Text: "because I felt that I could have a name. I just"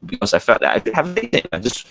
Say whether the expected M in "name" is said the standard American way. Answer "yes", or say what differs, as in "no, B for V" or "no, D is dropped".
no, M is dropped